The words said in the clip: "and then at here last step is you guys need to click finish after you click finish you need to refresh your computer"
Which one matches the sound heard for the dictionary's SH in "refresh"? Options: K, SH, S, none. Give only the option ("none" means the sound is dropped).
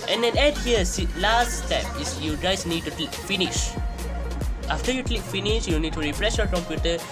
S